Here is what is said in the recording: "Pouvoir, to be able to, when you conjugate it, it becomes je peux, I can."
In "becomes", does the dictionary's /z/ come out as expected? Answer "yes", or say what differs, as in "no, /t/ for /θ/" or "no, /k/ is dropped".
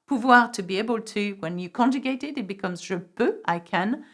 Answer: yes